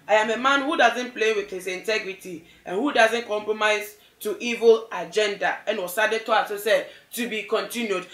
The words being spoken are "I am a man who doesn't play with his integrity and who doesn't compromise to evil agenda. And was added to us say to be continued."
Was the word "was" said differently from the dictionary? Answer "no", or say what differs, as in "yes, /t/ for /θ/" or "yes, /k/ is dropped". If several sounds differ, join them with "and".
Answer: yes, /s/ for /z/